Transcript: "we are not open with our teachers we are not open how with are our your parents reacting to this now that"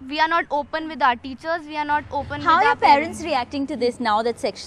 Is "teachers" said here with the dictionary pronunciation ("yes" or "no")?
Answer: yes